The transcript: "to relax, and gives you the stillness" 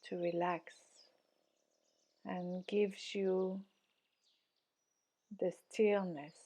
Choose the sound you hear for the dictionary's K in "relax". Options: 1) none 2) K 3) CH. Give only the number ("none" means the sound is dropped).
2